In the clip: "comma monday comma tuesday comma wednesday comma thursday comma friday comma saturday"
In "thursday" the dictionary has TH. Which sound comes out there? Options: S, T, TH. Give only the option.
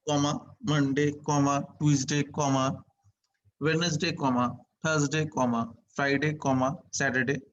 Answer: T